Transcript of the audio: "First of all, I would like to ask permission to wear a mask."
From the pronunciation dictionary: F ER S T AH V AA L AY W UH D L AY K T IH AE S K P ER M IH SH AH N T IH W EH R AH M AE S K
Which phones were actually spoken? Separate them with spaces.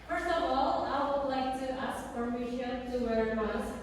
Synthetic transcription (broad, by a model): F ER S T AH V AA L AY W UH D L AY K T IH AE S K F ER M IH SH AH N T IH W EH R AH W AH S